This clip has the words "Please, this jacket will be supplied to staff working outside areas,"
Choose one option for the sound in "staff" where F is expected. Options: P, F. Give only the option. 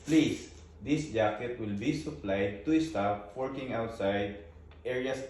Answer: P